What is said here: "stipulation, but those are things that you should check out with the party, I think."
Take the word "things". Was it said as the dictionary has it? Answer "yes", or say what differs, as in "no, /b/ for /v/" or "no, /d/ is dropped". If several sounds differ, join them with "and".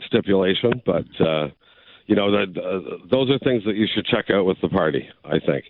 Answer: yes